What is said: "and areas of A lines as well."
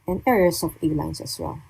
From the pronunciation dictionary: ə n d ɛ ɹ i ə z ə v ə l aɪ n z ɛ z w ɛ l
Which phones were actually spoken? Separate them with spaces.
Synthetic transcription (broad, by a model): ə n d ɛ ɹ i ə s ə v ə l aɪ n s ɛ s w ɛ l